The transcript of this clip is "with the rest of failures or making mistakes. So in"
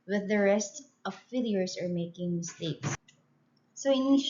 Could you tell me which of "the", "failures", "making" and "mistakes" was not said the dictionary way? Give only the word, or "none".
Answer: failures